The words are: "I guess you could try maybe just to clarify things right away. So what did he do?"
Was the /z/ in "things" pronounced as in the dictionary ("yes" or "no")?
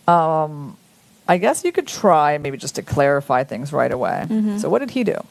yes